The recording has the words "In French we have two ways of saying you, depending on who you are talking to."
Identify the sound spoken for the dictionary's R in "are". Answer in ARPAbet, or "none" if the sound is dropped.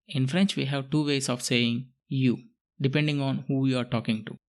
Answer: R